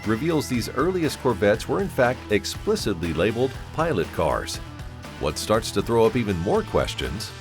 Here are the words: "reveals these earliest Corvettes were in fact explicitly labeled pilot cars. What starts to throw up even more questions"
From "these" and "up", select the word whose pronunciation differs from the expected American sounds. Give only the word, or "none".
none